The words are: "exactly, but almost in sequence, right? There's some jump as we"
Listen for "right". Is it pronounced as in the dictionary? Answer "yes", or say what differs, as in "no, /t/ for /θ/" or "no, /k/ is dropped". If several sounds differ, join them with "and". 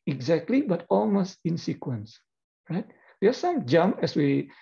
yes